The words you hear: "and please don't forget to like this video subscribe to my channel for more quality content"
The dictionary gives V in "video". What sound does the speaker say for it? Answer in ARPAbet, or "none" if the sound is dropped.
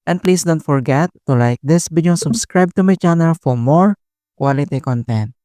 B